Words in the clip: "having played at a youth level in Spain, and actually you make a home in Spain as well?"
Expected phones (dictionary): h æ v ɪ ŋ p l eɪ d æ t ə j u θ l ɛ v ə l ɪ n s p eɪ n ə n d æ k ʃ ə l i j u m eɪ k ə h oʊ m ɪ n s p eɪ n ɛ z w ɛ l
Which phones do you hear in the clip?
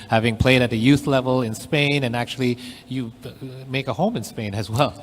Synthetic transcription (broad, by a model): h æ v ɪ ŋ p l eɪ d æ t ə j u θ l ɛ v ə l ɪ n s p eɪ n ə n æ k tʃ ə l i j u m eɪ k ə h oʊ m ɪ n s p eɪ n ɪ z w ɛ l